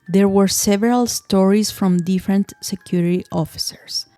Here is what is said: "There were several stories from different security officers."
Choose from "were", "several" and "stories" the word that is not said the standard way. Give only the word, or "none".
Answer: stories